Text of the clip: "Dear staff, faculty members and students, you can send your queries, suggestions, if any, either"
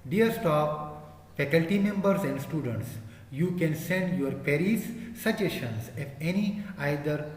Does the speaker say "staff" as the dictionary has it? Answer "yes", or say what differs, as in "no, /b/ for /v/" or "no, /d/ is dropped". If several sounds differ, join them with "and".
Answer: no, /p/ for /f/